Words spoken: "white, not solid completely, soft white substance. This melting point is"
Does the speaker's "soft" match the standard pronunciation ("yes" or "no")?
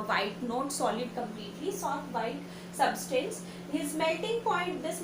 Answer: no